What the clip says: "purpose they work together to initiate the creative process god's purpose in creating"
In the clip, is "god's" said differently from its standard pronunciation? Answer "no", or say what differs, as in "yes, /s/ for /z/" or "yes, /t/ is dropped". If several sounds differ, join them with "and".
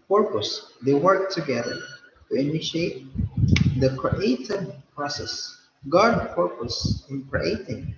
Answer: yes, /z/ is dropped